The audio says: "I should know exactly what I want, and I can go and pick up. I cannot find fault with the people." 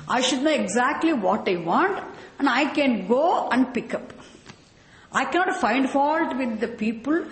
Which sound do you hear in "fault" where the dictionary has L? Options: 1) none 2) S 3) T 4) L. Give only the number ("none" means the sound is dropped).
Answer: 4